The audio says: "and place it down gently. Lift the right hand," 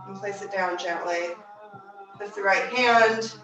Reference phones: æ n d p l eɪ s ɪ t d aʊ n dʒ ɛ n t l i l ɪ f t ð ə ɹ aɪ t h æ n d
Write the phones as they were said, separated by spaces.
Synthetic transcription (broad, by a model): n p l eɪ s ɪ t d aʊ n dʒ ɛ n t l i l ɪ t ð ə ɹ aɪ t h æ n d